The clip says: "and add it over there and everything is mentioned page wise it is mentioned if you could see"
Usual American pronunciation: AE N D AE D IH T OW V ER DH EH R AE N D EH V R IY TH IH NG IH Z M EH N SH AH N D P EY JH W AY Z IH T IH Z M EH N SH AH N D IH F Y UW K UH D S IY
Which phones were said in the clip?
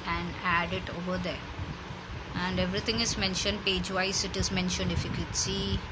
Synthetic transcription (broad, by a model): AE N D AE D IH T OW V ER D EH R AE N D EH V R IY T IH NG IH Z M EH N SH AH N D P EY JH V AY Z IH T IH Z M EH N SH AH N D IH F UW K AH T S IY